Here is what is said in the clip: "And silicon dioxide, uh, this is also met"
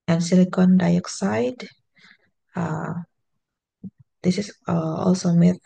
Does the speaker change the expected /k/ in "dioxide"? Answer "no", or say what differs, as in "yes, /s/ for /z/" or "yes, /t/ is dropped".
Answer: no